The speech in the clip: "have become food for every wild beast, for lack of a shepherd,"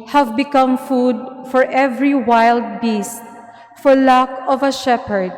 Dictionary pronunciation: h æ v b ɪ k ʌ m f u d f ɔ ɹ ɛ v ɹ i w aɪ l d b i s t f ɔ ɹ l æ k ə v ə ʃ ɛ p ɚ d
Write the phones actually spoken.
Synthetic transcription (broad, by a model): h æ v b ɪ k ʌ m f u d f ɔ ɹ ɛ v ɹ i w aɪ l d b i s t f ɔ ɹ l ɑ k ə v ə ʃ ɛ p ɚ d